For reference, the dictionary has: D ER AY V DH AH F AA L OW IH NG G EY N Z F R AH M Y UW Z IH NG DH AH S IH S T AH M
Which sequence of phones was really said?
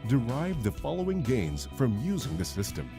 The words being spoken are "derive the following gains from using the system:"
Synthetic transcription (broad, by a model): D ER AY V DH AH F AA L OW IH NG G EY N Z F R AH M Y UW Z IH NG DH AH S IH S T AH M